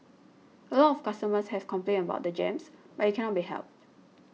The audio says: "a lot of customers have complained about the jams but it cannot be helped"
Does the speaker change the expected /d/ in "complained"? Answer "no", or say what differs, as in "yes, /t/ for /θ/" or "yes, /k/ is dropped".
yes, /d/ is dropped